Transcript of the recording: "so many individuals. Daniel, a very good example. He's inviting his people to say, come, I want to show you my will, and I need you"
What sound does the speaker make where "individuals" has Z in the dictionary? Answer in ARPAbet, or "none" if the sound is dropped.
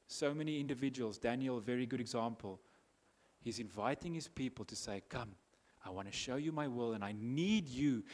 Z